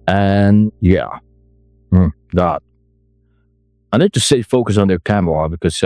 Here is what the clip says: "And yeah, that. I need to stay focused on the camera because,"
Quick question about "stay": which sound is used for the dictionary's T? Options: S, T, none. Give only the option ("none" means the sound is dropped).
S